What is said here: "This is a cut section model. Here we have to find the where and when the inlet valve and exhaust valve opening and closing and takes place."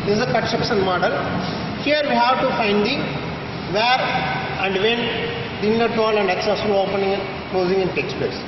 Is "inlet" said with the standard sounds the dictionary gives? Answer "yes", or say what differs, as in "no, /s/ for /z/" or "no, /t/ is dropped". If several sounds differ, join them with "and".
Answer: no, /l/ is dropped